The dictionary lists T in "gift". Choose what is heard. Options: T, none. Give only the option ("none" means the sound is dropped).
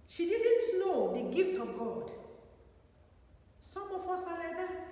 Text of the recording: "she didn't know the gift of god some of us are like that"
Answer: T